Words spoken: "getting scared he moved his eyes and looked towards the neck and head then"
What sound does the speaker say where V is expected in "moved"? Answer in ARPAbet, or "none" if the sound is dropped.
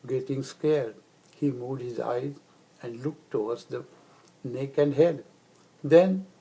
none